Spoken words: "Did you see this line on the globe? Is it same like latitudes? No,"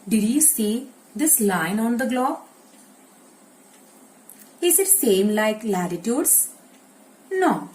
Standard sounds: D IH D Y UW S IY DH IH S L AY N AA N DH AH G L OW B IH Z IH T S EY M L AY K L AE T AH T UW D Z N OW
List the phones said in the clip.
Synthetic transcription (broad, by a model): D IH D Y UW S IY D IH S L AY N AA N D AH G L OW IH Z IH T S EY M L AY K L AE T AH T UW D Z N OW